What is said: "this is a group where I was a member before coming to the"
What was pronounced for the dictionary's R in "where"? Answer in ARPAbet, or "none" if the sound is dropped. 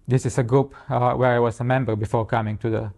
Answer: R